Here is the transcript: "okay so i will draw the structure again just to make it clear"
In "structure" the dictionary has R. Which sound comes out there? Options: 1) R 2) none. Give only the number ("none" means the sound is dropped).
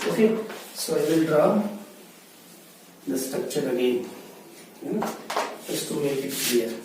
2